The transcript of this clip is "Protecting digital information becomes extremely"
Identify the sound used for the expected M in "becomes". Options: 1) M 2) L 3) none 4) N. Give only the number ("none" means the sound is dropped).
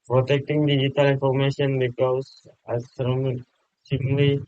3